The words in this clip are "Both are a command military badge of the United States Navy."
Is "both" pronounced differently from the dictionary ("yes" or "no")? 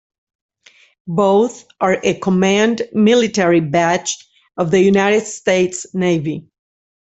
no